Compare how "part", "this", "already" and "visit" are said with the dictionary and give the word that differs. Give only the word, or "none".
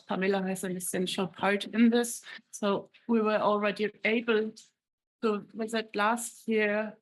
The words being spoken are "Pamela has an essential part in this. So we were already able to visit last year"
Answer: visit